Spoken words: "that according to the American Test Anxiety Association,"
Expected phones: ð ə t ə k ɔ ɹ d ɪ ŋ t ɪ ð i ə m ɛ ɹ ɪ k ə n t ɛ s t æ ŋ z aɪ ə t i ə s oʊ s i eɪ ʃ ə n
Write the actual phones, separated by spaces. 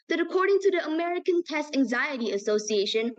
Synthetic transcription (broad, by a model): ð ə t ə k ɔ ɹ d ɪ ŋ t ɪ ð i ə m ɛ ɹ ɪ k ə n t ɛ s t æ ŋ z aɪ ə t i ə s oʊ s i eɪ ʃ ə n